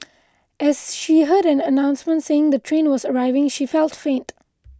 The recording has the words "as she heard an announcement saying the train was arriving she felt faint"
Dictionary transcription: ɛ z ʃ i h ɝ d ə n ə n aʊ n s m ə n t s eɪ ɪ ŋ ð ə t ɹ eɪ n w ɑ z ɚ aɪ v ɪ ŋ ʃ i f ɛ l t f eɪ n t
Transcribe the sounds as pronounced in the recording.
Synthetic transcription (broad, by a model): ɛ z ʃ i h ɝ d ə n ə n aʊ n s m ə n t s eɪ ɪ ŋ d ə t ɹ eɪ n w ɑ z ɚ aɪ v ɪ ŋ ʃ i f ɛ l t f eɪ n t